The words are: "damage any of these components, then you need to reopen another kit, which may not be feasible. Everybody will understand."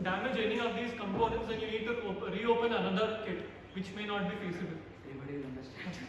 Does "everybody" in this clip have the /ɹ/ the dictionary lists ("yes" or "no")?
no